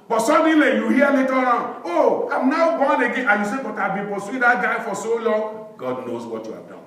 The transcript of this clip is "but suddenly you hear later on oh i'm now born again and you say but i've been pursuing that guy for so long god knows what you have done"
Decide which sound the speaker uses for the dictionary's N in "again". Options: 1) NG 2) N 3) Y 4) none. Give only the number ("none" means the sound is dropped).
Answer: 4